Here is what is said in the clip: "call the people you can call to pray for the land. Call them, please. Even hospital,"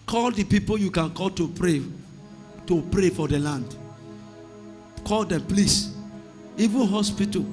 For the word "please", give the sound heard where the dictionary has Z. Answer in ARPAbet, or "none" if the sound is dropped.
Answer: S